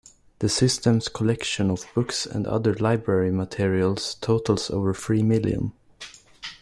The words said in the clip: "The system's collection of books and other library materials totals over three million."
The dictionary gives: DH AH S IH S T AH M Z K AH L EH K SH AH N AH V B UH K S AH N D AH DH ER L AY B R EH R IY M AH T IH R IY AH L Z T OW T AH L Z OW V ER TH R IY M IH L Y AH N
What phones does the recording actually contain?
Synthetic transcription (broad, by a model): DH AH S IH S T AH M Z K AH L EH K SH AH N AH V B UH K S AH N D AH DH ER L AY B R EH R IY M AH T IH R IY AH L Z T OW T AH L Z OW V ER F R IY M IH L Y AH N